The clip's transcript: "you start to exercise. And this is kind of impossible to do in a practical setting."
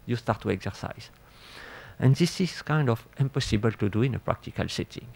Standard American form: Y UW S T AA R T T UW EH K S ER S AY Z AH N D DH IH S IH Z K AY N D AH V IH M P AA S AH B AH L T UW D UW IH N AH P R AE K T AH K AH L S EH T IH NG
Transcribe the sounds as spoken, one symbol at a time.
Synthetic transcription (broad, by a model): Y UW S T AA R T T UW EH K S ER S AY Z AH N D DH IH S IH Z K AY N D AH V IH M P AA S AH B AH L T UW D UW IH N AH P R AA K T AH K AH L S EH T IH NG